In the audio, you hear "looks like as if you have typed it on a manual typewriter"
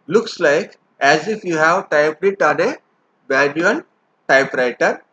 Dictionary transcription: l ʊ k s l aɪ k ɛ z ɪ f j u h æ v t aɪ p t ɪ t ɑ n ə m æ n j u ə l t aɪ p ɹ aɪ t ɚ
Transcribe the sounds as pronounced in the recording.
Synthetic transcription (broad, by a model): l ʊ k s l aɪ k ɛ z ɪ f j u h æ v t aɪ p t ɪ t ɑ n ə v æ l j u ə n t aɪ p ɹ aɪ t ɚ